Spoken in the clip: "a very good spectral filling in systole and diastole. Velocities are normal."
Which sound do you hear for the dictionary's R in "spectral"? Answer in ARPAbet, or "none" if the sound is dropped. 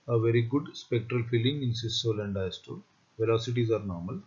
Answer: R